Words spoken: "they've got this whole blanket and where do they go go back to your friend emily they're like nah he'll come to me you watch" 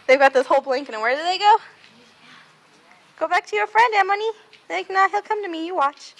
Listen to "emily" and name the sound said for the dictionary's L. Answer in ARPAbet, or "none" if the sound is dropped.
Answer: N